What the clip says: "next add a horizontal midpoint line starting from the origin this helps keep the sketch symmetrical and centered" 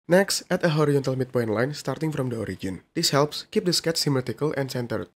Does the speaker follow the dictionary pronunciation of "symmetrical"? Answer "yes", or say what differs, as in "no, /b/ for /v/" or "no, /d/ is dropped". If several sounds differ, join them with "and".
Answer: no, /ɹ/ is dropped